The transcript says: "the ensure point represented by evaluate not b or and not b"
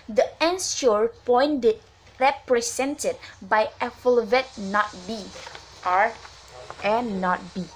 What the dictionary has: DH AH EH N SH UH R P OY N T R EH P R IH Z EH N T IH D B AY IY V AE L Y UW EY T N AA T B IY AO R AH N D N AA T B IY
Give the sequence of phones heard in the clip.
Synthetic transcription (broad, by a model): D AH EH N S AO R P OY N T R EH P R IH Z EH N T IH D B AY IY F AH L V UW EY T N AA T B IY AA R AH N N AA T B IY